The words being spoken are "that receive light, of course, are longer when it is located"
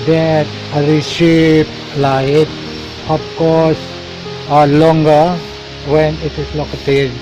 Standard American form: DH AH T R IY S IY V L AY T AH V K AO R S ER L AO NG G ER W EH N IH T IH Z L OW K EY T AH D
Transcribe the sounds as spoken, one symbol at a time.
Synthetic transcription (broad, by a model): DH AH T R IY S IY P L AY T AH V K AO R S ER L AO NG G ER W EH N IH T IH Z L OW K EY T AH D